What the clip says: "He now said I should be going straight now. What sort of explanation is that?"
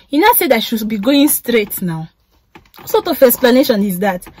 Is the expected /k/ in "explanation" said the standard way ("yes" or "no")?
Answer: no